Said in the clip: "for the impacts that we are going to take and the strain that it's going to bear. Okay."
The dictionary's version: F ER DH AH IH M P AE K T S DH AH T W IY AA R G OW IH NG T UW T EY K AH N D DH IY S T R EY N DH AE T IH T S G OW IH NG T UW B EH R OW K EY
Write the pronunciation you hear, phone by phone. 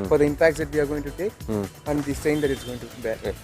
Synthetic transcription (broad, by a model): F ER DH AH IH M P AE K T S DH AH T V IY AA R G OW IH NG T UW T EY K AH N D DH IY S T EY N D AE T IH T S G OW IH NG T UW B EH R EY